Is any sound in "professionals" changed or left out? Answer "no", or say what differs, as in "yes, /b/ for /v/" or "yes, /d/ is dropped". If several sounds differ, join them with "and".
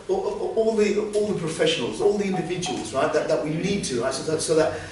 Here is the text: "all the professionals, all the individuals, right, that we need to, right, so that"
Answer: no